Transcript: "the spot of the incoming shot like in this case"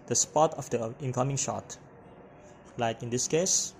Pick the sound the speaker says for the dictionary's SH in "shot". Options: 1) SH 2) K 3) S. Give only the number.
1